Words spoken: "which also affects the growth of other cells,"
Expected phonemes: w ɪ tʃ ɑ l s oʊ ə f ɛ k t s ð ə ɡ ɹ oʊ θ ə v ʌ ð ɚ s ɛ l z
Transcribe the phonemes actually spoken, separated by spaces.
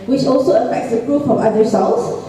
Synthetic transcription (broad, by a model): w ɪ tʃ ɑ l s oʊ ə f ɛ k t s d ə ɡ ɹ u f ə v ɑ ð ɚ s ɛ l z